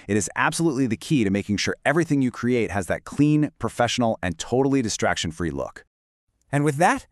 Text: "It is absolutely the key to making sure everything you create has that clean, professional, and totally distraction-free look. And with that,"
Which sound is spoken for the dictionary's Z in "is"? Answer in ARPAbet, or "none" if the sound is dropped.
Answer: Z